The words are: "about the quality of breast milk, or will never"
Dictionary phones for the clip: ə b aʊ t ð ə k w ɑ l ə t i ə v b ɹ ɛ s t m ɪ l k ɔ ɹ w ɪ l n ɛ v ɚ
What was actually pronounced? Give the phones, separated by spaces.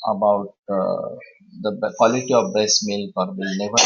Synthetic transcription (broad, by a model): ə b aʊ t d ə k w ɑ l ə t i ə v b ɛ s m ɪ l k ɔ ɹ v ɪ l n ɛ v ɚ